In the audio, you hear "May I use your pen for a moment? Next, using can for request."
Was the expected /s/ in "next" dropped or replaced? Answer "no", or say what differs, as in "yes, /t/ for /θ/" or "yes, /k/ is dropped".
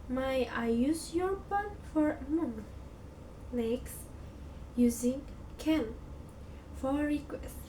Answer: no